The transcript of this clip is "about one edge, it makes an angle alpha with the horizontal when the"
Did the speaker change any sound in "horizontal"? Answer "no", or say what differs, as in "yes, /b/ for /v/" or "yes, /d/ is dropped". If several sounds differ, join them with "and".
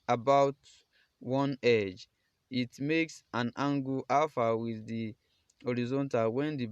no